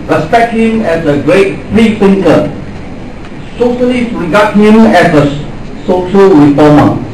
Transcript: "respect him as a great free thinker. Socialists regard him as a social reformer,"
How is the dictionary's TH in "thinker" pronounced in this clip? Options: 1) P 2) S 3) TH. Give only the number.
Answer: 2